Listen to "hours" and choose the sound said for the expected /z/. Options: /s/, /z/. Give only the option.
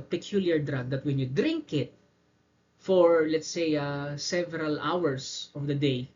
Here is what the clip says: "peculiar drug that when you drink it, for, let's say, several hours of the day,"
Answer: /s/